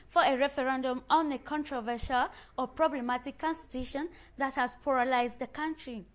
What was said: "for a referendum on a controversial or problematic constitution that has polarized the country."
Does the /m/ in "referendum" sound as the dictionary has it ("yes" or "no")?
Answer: yes